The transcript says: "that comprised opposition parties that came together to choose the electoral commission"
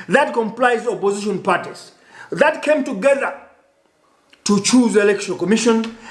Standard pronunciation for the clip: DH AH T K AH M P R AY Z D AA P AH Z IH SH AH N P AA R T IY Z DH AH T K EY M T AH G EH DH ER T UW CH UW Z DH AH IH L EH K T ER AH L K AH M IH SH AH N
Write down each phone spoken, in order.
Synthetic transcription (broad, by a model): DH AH T K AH M P L AY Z AA P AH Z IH SH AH N P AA R T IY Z DH AH T K EY M T AH G EH DH ER T UW CH UW Z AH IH L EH K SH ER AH N K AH M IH SH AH N